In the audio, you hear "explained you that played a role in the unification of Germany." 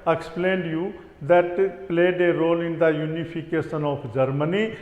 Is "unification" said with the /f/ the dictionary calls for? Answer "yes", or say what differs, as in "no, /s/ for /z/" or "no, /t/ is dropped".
no, /p/ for /f/